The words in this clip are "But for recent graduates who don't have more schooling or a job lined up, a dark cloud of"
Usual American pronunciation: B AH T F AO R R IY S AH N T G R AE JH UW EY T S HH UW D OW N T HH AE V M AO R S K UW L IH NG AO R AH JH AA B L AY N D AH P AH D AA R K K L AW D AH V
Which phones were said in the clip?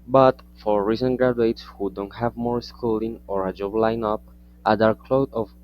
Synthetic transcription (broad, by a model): B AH T F AO R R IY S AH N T G R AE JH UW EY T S HH UW D OW N T HH AE V M AO R S K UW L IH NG AO R AH JH AA B L AY N AH P AH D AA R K K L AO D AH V